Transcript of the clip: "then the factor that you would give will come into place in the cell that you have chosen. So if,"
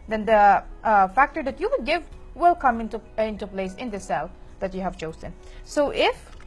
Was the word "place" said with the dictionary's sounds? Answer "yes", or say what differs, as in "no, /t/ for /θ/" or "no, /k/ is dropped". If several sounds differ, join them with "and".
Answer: yes